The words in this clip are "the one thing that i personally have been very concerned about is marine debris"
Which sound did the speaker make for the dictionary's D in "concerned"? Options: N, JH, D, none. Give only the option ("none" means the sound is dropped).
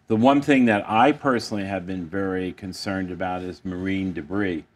D